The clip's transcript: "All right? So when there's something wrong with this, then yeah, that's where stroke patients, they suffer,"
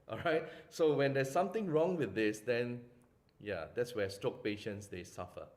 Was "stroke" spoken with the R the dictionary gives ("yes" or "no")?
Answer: no